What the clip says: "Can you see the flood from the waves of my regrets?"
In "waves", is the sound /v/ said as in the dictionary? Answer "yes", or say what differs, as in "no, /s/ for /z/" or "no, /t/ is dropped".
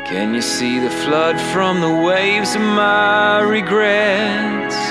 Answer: yes